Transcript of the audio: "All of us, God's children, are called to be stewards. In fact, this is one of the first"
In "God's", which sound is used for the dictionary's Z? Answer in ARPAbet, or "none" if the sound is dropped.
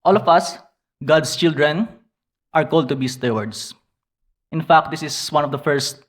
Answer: S